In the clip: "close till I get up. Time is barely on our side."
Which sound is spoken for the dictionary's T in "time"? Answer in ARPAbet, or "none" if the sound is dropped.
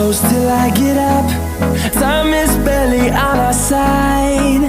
S